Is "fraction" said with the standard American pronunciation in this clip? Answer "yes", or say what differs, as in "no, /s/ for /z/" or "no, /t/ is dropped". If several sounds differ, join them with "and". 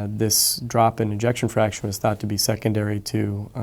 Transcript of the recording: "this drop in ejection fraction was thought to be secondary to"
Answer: yes